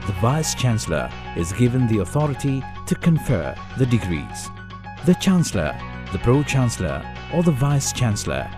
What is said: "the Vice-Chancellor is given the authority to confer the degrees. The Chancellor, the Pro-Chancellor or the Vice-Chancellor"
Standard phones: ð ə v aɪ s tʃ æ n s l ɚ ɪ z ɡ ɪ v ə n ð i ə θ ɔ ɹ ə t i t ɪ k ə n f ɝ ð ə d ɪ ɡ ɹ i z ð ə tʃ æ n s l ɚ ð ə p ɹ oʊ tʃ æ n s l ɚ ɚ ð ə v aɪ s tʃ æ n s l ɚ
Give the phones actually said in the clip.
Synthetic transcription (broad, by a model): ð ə v aɪ s tʃ æ n s l ɚ ɪ z ɡ ɪ v ə n ð i ə θ ɔ ɹ ə t i t ɪ k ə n f ɝ ð ə d ɪ ɡ ɹ i z ð ə tʃ æ n s l ɚ ð ə p ɹ oʊ tʃ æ n s l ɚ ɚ ð ə v aɪ s tʃ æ n s l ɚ